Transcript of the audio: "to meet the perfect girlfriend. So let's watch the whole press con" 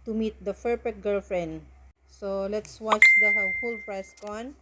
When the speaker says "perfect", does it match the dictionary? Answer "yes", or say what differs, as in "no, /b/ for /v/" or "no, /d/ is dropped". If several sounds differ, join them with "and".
no, /f/ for /p/ and /p/ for /f/ and /k/ is dropped